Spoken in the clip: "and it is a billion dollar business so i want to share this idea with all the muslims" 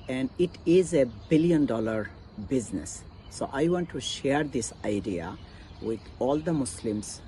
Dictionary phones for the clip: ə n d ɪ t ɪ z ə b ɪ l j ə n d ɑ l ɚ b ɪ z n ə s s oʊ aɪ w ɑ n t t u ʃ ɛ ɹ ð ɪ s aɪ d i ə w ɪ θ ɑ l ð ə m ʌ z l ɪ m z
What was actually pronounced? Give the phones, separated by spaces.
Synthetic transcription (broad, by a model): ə n d ɪ t ɪ z ə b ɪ l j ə n d ɑ l ɚ b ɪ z n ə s s oʊ aɪ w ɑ n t t u ʃ ɛ ɹ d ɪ s aɪ d i ə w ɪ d ɑ l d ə m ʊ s l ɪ m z